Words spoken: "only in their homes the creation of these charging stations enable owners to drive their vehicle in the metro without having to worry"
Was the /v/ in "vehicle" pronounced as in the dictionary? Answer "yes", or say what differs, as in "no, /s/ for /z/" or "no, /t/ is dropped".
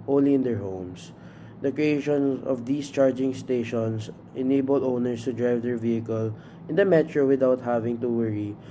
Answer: yes